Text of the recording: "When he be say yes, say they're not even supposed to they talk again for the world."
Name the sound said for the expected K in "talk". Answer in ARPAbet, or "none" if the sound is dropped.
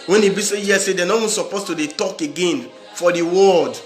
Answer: K